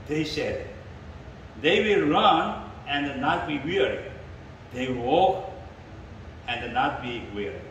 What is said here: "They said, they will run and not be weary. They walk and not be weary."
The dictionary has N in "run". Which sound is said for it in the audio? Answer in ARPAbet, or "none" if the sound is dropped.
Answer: N